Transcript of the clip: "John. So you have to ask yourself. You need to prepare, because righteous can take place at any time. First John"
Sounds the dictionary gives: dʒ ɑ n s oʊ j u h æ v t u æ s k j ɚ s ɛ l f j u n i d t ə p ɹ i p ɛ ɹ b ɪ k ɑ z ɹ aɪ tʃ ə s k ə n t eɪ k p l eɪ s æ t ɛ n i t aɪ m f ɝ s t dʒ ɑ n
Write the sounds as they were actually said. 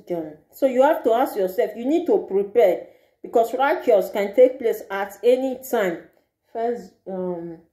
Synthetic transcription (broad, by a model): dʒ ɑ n s oʊ j u h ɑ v t u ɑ s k j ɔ s ɛ l f j u n i d t ə p ɹ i p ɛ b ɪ k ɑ s ɹ aɪ tʃ ə s k ə n t eɪ k p l eɪ s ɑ t ɛ n i t aɪ m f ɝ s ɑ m